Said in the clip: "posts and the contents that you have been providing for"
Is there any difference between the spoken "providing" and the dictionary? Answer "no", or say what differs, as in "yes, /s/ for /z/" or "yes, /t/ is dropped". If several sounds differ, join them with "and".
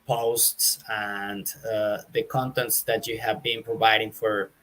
no